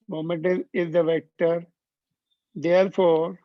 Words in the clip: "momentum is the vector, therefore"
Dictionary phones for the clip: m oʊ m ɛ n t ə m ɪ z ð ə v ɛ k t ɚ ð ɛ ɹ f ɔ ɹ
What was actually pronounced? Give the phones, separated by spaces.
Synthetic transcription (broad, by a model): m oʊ m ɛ n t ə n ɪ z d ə v ɛ k t ɚ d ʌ ɹ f ɔ ɹ